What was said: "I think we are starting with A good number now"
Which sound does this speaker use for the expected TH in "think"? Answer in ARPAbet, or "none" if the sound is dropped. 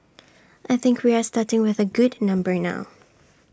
TH